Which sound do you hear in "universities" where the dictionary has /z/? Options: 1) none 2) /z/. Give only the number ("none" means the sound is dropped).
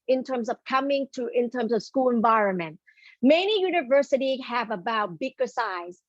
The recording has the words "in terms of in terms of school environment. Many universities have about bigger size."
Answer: 1